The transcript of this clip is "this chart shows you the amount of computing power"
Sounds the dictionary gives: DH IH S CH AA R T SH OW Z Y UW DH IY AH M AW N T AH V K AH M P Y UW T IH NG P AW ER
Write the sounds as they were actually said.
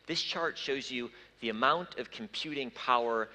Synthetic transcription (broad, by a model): DH IH S CH AA R T SH OW Z Y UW DH IY AH M AW N T AH V K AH M P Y UW T IH NG P AW ER